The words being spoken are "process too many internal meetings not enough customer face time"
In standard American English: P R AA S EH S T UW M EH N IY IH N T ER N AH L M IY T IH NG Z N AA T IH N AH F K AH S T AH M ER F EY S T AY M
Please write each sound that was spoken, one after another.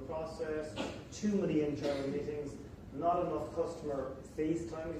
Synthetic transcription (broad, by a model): P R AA S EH S T UW M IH L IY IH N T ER AH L M IY T IH NG Z N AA T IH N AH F K AH S T AH M ER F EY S T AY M